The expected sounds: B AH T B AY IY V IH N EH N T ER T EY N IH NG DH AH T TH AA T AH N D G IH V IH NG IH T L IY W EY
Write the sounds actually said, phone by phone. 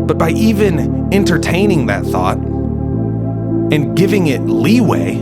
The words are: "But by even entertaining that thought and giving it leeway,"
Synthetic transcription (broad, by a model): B AH T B AY IY V IH N EH N T ER T EY N IH NG DH AH T TH AA T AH N G IH V IH NG IH T L IY W EY